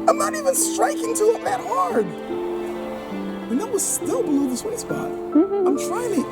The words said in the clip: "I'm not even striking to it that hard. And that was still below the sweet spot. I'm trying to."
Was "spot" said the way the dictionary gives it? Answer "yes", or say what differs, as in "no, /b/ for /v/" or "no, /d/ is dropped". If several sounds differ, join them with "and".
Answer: no, /b/ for /p/